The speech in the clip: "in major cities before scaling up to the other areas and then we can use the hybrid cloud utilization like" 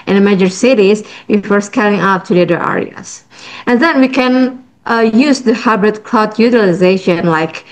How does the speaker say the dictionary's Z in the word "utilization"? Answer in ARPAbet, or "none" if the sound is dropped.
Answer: Z